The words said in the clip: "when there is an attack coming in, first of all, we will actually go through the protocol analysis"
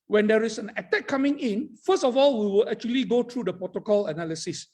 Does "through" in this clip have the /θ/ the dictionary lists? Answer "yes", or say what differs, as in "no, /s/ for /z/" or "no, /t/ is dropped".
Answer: no, /t/ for /θ/